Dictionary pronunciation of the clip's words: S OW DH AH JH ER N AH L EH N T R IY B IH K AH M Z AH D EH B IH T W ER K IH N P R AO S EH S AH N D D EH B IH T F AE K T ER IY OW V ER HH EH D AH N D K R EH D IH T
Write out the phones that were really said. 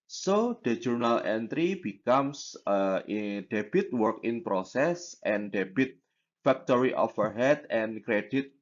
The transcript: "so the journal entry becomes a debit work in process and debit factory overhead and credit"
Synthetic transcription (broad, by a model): S OW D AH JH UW N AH L EH N T R IY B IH K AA M S AH D EH B IH T W ER K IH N P R AO S EH S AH N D D EH B IH T F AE K T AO IY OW F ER HH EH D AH N K R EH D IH T